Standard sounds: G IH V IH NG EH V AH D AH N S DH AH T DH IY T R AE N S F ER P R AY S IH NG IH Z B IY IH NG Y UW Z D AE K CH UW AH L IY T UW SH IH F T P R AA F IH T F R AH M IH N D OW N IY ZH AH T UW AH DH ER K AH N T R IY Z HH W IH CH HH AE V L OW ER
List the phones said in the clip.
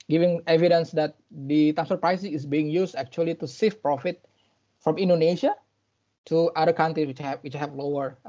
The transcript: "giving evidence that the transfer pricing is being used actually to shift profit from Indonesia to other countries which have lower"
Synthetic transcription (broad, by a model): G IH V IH NG EH V AH D AH N S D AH T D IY T AE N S ER P R AY S IH NG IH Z B IY IH NG Y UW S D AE K CH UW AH L IY T UW S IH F P R AA F IH T F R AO M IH N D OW N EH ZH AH T UW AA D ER K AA N T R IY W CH W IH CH HH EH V L OW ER